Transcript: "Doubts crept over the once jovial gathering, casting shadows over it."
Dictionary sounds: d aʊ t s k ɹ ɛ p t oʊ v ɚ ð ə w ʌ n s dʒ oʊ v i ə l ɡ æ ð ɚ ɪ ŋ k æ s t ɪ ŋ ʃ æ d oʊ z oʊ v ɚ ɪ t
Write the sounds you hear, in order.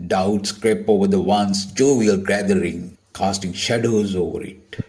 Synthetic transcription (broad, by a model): d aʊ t s k ɹ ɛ p oʊ v ɚ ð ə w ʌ n s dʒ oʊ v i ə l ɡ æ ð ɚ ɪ ŋ k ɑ s t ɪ ŋ ʃ æ d oʊ z oʊ v ɚ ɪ t